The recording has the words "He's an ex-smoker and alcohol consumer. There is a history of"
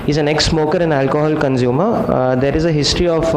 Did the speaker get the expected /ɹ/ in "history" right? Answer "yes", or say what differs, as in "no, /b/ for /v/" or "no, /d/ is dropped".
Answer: yes